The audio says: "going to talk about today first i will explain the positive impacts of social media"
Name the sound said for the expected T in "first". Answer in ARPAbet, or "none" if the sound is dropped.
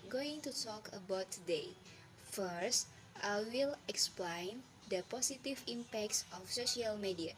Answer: T